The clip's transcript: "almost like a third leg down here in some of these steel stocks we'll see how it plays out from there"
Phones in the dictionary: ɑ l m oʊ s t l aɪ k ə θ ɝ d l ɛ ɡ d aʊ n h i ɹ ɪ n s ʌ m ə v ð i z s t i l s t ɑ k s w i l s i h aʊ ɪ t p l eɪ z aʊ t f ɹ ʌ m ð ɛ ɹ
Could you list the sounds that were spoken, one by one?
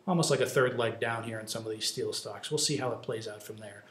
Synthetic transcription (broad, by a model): ɑ l m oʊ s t l aɪ k ə θ ɝ d l ɛ ɡ d aʊ n h i ɹ ɪ n s ʌ m ə v ð i z s t i l s t ɑ k s w i l s i h aʊ ɪ t p l eɪ z aʊ t f ɹ ʌ m ð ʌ ɹ